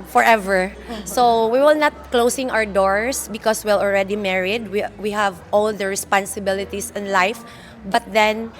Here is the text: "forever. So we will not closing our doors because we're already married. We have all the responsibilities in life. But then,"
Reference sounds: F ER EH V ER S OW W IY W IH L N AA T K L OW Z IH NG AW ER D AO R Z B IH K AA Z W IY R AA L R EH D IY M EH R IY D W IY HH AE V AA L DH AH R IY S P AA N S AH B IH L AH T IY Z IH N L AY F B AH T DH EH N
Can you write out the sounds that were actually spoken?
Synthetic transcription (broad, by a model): F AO EH V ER S OW W IY W IH L N AA T K L OW S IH NG AW ER D AO R S B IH K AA S W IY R AA L R EH D IY M EH R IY D W IY HH AE V AA L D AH R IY S P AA N S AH B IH L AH T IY S IH N L AY F B AH T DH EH N